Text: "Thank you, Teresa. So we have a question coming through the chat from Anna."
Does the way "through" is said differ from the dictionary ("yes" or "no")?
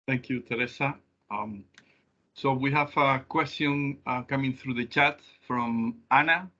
no